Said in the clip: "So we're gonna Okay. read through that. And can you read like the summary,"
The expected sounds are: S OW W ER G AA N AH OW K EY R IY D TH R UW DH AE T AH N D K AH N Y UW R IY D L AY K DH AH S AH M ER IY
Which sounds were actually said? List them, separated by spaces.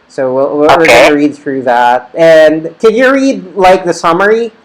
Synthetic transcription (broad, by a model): S OW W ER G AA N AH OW R IY D TH R UW DH AE T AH N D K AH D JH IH R IY D L AY K DH AH S AH M ER IY